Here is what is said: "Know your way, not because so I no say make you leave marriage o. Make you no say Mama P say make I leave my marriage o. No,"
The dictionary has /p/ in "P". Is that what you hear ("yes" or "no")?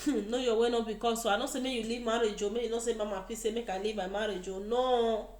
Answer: no